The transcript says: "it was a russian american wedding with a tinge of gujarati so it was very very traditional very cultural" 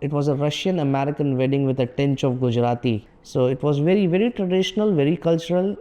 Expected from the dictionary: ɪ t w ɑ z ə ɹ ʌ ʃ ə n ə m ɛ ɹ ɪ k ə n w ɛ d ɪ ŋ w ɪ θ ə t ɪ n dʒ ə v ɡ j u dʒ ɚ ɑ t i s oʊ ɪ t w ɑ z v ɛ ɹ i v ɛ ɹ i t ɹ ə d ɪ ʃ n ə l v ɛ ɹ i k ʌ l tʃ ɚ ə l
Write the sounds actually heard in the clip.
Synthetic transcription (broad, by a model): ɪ t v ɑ z ə ɹ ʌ ʃ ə n ə m ɛ ɹ ɪ k ə n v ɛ d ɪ ŋ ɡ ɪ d ə t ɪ n tʃ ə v ɡ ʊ dʒ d ɑ t i s oʊ ɪ t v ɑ z v ɛ ɹ i v ɛ ɹ i t ɹ ə d ɪ ʃ n ə l v ɛ ɹ i k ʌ l tʃ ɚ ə l